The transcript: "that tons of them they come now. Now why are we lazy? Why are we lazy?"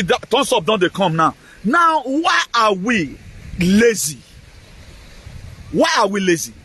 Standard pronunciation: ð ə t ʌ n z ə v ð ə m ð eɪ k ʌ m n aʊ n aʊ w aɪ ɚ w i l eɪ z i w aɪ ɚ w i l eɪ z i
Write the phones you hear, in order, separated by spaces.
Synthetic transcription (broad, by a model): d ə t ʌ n s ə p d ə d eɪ k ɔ m n aʊ n aʊ w aɪ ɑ w i l eɪ z i w aɪ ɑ w i l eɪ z i